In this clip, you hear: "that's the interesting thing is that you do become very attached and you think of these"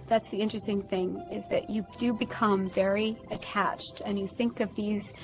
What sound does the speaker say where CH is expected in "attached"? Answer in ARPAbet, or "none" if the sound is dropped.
CH